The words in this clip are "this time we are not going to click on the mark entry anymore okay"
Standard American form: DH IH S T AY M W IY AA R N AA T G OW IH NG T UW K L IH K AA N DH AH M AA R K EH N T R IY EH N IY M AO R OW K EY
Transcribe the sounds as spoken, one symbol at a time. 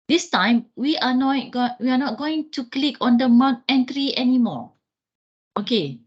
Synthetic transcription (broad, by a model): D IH S T AY M W IY AA W N AA T G OW IH NG T UW K L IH K AA N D AH M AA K EH N T R IY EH N IY M AO OW K EY